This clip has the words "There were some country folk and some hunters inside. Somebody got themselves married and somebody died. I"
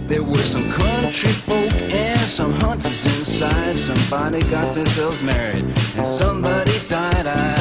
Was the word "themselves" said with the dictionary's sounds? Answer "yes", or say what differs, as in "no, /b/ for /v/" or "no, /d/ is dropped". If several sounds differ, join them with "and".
no, /z/ is dropped